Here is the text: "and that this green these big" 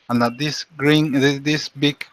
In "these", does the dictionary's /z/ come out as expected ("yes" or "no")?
no